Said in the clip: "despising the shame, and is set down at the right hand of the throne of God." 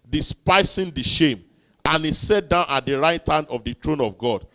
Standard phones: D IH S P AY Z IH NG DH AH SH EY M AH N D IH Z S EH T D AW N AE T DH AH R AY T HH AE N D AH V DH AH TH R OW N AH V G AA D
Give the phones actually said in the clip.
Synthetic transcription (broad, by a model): D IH S P AY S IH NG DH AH SH EY M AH N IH S EH T D AW N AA T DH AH R AY T HH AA N D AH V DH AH T R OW N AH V G AA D